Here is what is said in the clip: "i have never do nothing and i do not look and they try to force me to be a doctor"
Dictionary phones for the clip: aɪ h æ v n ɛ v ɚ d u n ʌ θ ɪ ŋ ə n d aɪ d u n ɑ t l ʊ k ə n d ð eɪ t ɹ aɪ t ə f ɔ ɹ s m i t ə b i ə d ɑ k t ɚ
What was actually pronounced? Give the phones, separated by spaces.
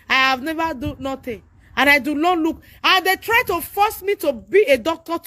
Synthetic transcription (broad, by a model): aɪ h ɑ v n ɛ v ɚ d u n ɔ t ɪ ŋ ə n aɪ d u l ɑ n l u k ə n d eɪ t ɹ aɪ t ə f ɔ s m i t ə b i ə d ɑ k t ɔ